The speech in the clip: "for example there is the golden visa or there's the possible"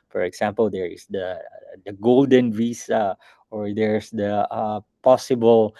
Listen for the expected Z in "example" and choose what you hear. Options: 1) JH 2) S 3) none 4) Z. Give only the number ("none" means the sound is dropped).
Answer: 2